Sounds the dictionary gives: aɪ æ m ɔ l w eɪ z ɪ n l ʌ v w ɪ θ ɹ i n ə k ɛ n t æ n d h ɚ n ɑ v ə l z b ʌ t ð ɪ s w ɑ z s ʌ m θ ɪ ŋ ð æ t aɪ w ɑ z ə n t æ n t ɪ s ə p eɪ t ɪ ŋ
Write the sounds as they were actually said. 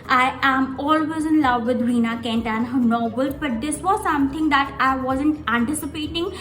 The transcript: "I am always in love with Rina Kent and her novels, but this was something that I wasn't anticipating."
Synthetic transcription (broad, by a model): aɪ æ m ɔ l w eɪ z ɪ n l ʌ v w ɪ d ɹ i n ə k ɛ n t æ n h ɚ n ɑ b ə l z b ʌ t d ɪ s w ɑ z s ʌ m t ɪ ŋ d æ t aɪ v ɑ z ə n t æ n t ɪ s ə p eɪ t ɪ ŋ